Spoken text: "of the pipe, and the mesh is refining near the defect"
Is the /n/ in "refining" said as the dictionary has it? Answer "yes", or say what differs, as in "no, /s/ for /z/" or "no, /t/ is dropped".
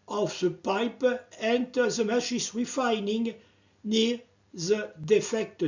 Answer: yes